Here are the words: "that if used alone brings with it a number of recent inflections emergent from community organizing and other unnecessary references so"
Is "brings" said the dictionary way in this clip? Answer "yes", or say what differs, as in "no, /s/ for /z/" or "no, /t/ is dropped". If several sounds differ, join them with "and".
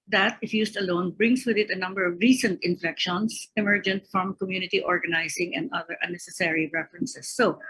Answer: no, /s/ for /z/